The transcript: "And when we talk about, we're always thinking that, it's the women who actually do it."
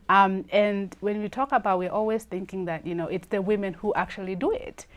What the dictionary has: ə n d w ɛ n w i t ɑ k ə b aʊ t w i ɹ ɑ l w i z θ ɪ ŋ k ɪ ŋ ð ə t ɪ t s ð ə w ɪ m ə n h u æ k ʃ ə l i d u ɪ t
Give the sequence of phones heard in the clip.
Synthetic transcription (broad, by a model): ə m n w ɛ n w i t ɑ k ə b aʊ t w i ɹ ɑ l w i z θ ɪ ŋ k ɪ ŋ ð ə t ɪ t s ð ə w ɪ m ə n h u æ k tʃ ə l i d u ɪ t